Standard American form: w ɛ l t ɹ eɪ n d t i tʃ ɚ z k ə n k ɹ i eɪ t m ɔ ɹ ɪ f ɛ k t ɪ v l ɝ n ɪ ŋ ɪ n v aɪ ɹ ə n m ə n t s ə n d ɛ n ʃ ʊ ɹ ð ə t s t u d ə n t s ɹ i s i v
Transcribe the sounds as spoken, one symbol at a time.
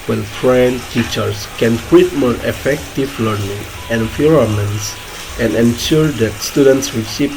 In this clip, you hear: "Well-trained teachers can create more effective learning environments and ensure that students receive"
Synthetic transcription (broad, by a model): w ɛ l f ɹ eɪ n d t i tʃ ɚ s k ə n k w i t m ɔ ɹ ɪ f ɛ k t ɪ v l ɝ n ɪ ŋ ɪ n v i ɹ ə m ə n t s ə n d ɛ n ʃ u ɹ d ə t s t u d ə n t s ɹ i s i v